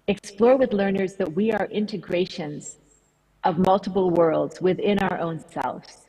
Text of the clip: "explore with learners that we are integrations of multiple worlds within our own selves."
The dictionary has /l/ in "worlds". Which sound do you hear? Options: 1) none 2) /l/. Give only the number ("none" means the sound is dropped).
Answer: 2